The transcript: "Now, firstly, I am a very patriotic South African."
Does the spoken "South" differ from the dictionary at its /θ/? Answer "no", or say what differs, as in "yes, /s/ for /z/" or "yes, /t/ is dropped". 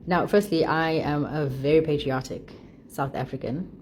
no